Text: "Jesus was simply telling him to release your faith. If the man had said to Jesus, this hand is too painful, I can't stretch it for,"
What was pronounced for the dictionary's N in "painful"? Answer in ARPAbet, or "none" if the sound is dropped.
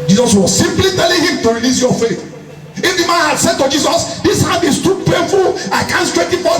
none